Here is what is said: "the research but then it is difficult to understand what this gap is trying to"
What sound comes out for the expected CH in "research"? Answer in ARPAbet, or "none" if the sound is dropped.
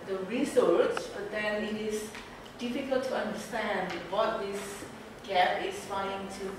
S